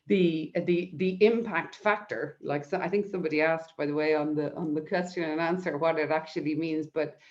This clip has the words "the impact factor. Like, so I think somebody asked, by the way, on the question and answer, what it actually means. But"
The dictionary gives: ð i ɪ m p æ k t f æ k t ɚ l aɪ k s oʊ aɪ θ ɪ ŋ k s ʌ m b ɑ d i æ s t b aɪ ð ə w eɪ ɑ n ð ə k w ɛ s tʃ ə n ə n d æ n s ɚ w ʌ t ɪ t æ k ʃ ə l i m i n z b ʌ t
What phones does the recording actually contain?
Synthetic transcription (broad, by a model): ð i ɪ m p æ k t f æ k t ɚ l aɪ k s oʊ aɪ θ ɪ ŋ k s ʌ m b ɑ d i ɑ s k b aɪ ð ə w eɪ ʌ n ð ə k w ɛ s tʃ ə n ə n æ n s ɚ w ʌ t ɪ t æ k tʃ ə l i m i n z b ʌ t